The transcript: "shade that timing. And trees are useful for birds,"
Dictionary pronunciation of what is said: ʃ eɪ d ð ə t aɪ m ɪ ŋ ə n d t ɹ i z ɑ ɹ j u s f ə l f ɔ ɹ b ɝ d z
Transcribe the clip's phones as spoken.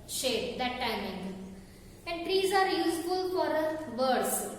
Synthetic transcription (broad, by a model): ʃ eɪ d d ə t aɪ m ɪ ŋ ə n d t ɹ i z ɑ ɹ j u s f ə l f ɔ ɹ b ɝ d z